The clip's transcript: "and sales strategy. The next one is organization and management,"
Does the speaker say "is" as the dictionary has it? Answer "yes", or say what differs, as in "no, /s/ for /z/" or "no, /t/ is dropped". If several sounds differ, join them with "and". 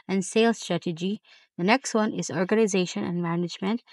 yes